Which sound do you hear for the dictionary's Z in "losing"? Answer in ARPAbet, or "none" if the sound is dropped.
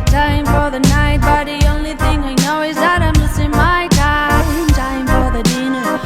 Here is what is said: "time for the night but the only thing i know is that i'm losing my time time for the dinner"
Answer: S